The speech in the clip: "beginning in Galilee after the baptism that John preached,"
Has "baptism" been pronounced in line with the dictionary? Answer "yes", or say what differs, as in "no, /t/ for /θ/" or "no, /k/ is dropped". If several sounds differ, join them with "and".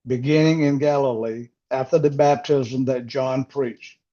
yes